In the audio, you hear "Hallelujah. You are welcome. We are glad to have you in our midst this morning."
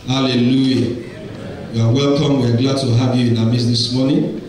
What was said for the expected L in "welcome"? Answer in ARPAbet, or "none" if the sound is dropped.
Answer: L